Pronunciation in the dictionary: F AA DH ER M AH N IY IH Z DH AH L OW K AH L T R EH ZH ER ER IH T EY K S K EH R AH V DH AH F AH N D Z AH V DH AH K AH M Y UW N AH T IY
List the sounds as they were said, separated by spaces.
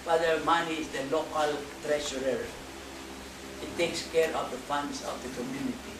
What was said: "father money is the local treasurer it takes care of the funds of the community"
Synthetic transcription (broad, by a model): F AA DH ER M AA N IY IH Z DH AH L OW K AH L T R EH SH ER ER IH T EY K S K EH R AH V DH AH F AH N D S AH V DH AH K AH M Y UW N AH T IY